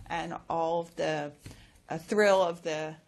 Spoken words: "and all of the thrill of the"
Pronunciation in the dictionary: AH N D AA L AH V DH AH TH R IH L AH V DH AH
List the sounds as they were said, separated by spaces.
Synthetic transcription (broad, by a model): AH N AA L AH V DH AH TH R IH L AH V DH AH